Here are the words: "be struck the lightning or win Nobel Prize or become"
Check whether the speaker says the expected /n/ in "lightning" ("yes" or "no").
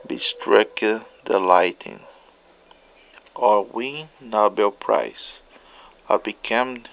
no